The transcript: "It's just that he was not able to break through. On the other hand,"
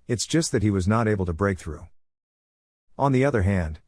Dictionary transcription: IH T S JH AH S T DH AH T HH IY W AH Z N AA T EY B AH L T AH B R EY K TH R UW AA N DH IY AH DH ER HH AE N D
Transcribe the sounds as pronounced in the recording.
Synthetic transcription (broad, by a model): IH T S JH AH S T DH AH T HH IY W AH Z N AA T EY B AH L T AH B R EY K TH R UW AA N DH IY AH DH ER HH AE N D